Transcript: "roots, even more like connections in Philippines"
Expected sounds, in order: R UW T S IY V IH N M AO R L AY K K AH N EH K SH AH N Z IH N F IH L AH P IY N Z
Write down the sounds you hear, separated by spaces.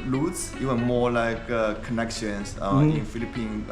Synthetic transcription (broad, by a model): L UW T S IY W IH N M AO L AY K K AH N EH K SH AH N S IH N F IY L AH P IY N